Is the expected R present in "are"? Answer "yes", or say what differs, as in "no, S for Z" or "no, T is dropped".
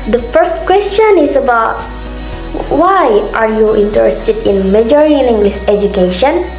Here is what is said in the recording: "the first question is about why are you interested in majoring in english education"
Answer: yes